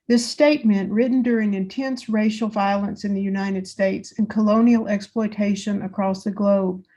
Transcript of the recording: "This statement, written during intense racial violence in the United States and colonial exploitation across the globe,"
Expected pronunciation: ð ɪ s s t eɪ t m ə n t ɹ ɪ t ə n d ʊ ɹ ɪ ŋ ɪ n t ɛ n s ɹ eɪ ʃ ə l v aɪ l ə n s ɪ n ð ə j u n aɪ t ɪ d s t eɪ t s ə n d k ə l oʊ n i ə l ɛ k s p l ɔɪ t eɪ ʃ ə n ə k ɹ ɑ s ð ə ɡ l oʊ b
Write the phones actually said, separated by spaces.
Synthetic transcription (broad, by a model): ð ɪ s s t eɪ t m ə n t ɹ ɪ t n d ʊ ɹ ɪ ŋ ɪ n t ɛ n s ɹ eɪ ʃ l v aɪ l ə n s ɪ n ð ə j u n aɪ t ɪ d s t eɪ t s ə n k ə l oʊ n i l ɛ k s p l ɔɪ t eɪ ʃ ə n ə k ɹ ɑ s ð ə ɡ l oʊ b